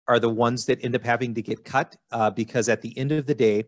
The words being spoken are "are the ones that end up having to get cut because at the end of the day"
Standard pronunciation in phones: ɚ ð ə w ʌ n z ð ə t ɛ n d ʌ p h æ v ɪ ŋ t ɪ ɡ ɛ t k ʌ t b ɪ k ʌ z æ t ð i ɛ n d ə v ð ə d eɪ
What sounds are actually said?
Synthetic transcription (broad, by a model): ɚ ð ə w ʌ n z ð ə t ɛ n d ʌ p h æ v ɪ ŋ t ɪ ɡ ɛ t k ʌ t b ɪ k ʌ z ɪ t ð i ɛ n d ə v ð ə d eɪ